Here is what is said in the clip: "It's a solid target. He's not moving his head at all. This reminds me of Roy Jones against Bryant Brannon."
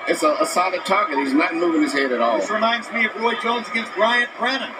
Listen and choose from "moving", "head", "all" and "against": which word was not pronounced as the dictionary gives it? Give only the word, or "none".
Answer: none